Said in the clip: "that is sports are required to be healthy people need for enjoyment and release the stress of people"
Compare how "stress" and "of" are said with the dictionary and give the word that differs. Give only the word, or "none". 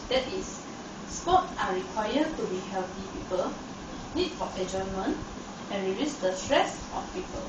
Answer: of